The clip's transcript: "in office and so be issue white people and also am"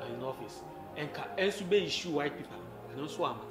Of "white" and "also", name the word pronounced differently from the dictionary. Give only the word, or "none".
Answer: also